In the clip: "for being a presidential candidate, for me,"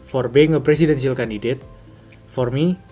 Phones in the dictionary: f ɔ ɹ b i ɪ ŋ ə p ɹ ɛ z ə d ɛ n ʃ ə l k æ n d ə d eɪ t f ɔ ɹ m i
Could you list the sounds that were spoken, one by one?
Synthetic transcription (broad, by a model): f ɔ ɹ b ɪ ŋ ə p ɹ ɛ s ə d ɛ n s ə l k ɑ n d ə d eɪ t f ɔ ɹ m i